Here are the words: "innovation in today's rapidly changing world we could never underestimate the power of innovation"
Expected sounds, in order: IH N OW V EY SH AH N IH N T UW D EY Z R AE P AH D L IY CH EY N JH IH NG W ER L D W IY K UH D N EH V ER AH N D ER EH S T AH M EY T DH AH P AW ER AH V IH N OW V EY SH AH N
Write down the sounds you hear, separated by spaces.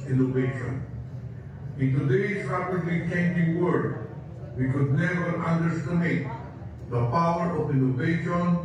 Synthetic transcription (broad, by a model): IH N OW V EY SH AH N IH N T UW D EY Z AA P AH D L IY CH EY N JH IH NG W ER D W IY K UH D N EH V ER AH N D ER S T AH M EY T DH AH P AW ER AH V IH N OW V EY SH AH N